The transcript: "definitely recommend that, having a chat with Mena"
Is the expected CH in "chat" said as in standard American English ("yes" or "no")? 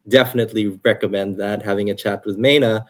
yes